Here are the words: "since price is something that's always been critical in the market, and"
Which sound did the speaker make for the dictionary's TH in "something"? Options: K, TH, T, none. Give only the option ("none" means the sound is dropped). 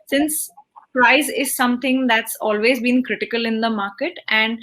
T